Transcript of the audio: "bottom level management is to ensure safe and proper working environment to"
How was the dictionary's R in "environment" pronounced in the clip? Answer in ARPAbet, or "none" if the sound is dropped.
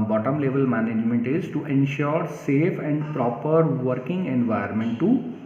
none